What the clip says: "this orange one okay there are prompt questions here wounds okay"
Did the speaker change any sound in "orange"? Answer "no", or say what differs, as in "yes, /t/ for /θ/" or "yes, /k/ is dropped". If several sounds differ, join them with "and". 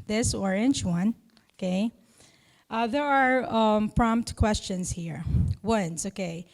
yes, /tʃ/ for /dʒ/